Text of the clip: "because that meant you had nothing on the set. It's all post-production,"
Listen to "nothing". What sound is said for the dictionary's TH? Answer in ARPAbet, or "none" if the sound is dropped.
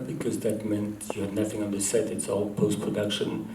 TH